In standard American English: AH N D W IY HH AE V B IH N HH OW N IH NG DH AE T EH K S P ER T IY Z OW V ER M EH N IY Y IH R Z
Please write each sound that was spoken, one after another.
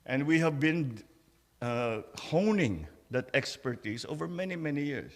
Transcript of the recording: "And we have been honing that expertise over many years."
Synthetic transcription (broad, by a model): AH N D W IY HH AE V B IH N HH OW N IH NG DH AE T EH K S P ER T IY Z OW V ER M EH N IY Y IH R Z